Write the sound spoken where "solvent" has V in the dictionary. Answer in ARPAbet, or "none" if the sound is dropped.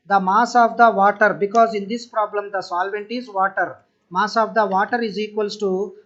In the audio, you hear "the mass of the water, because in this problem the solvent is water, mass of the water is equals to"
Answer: V